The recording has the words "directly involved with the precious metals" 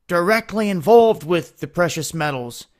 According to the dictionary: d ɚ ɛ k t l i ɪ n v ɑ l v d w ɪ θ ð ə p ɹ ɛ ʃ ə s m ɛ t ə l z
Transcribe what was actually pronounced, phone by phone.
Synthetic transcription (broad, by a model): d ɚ ɛ k t l i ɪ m v ɑ l v d w ɪ ð ə p ɹ ɛ ʃ ə s m ɛ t l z